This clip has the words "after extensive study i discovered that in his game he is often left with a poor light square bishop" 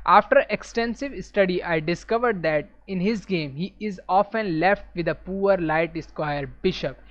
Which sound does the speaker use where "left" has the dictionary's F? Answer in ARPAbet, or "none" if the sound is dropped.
F